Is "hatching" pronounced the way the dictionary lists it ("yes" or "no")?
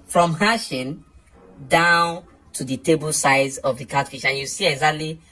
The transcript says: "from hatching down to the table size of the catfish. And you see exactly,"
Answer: no